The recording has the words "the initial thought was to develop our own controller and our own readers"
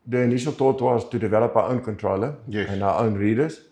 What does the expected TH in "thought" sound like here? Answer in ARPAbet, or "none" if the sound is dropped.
T